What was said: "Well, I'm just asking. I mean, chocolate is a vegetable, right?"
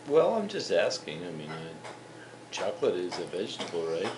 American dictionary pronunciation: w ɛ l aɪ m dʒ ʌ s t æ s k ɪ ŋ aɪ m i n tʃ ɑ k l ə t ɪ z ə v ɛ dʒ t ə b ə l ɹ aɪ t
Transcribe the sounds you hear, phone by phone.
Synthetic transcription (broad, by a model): w ɛ l aɪ m dʒ ʌ s t æ s k ɪ ŋ aɪ m i n tʃ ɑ k l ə t ɪ z ə v ɛ dʒ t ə b l ɹ aɪ t